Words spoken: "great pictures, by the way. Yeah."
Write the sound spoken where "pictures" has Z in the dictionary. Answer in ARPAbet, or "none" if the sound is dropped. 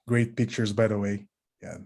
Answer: Z